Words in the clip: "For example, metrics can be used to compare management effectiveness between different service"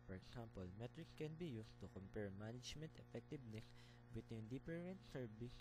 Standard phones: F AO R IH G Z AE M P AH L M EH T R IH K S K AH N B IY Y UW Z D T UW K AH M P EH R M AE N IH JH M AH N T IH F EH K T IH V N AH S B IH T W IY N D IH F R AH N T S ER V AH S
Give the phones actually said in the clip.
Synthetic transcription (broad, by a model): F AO R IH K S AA M P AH L M EH T R IH K S K AH N B IY Y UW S T UW K AH M P EH R M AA N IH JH M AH N T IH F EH K T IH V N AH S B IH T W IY N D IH P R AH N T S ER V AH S